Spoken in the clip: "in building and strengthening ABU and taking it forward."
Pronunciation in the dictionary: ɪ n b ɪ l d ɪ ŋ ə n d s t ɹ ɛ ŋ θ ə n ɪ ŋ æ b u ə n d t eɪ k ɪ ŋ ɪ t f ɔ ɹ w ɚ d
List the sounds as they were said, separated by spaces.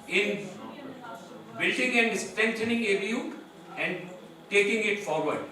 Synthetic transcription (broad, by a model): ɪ n b ɪ l d ɪ ŋ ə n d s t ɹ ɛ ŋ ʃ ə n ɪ ŋ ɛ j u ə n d t eɪ k ɪ ŋ ɪ t f ɔ ɹ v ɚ d